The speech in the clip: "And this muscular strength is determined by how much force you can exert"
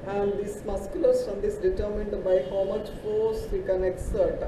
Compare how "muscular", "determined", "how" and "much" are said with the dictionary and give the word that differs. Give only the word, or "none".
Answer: none